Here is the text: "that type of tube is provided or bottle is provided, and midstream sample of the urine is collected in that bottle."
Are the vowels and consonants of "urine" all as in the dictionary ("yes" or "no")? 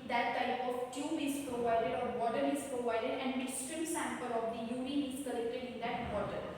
no